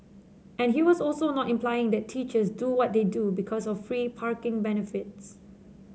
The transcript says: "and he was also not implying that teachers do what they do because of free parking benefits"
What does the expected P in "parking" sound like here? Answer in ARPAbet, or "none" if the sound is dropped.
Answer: P